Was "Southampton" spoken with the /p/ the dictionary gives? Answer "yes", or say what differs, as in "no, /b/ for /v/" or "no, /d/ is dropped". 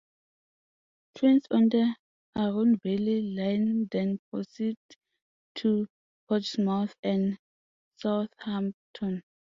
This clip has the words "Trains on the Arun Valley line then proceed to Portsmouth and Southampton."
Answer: no, /p/ is dropped